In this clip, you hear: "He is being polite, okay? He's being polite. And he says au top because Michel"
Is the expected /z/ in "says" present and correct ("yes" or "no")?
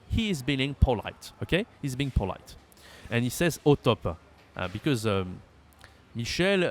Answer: yes